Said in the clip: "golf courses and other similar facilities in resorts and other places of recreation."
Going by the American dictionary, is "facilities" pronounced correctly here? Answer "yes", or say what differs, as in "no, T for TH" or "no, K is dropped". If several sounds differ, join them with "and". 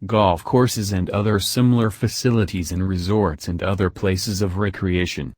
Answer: yes